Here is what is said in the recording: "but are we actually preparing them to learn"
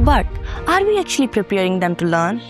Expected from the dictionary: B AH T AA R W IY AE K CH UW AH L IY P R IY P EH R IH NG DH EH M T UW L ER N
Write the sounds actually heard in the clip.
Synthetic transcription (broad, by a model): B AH T AA R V IY AE K CH UW AH L IY P R IY P EH R IH NG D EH M T UW L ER N